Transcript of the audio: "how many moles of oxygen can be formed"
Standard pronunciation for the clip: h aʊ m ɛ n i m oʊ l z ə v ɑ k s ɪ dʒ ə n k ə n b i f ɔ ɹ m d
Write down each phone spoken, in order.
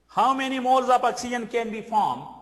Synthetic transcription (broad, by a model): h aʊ m ɛ n i m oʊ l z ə p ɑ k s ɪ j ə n k ə n b i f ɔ m